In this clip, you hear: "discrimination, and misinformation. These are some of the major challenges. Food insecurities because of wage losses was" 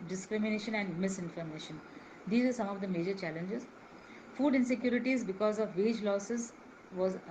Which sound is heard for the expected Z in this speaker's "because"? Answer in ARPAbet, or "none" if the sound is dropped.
Z